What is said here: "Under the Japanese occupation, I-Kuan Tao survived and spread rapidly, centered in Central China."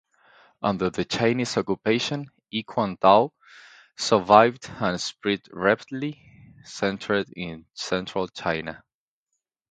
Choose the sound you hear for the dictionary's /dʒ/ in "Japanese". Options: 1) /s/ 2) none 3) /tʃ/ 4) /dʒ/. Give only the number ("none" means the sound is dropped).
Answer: 3